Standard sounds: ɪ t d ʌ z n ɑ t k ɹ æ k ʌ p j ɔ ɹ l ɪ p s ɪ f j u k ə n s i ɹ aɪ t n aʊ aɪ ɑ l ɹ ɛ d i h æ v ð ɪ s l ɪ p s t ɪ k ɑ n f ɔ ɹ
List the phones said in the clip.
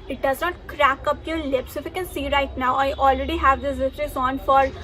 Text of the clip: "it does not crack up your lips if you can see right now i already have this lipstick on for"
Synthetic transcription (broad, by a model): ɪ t d ʌ z n ɑ t k ɹ æ k ʌ p j ɔ ɹ l ɪ p s ɪ f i k ə n s i ɹ aɪ t n aʊ aɪ ɑ l ɹ ɛ d i h æ v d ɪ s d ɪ s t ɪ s ɑ n f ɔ ɹ